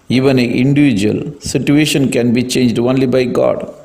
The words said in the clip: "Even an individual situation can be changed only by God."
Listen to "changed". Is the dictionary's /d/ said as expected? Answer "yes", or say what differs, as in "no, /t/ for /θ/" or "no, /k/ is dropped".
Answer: yes